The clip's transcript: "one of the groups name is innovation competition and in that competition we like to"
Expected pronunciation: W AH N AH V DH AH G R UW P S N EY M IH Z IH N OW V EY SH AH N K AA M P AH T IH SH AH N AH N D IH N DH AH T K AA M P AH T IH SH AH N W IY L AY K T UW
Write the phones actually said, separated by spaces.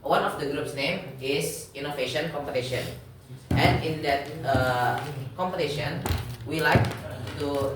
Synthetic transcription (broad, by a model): W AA N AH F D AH G R UW P S N EY M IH S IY N OW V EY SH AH N K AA M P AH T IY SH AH N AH N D IH N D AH T K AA M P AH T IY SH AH N W IY L AY K T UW